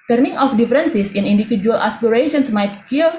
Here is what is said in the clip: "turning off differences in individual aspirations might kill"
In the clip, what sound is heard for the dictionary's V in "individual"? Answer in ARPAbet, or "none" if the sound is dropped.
F